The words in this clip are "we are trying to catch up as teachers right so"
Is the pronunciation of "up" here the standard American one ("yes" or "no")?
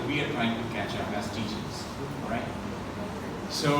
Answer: no